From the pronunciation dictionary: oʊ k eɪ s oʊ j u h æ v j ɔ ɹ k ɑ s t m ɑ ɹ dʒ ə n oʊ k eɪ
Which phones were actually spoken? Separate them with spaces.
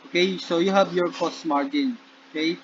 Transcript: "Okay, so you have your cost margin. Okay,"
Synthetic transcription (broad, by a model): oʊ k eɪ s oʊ j u h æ b j ɔ ɹ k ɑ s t m ɑ ɹ dʒ ə n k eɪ